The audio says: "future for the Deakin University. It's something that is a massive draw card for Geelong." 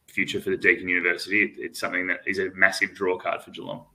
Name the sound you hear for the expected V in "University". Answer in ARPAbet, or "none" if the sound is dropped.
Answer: V